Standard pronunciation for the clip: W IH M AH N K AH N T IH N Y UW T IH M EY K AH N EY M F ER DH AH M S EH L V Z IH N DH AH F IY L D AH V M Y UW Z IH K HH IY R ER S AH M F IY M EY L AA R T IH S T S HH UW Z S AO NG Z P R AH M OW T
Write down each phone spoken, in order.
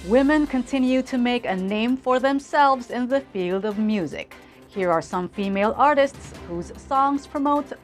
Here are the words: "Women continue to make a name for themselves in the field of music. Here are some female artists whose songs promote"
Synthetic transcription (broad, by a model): W IH M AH N K AH N T IH N Y UW T IH M EY K AH N EY M F ER DH AH M S EH L V Z IH N DH AH F IY L D AH V M Y UW Z IH K HH IY R ER S AH M F IY M EY L AA R T IH S T S HH UW Z S AO NG Z P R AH M OW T